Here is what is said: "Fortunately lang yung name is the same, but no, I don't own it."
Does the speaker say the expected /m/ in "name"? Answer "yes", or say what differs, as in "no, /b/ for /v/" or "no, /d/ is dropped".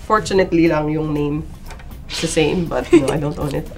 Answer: no, /m/ is dropped